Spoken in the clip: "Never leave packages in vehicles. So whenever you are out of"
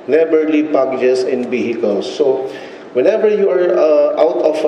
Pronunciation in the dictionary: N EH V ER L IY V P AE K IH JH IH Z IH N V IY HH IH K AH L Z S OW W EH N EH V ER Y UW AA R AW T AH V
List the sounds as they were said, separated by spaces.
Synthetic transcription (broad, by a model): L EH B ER L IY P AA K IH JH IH S IH N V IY HH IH K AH L S OW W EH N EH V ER Y UW AA R AW T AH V